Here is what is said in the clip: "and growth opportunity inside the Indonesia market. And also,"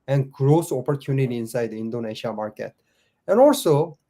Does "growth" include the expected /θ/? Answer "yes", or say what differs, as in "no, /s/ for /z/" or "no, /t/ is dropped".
no, /s/ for /θ/